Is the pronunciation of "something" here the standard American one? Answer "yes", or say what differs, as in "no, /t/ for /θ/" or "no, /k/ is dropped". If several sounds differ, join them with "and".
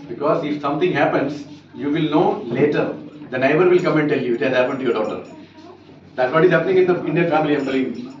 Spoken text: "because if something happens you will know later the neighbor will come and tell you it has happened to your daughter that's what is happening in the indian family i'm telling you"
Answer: no, /t/ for /θ/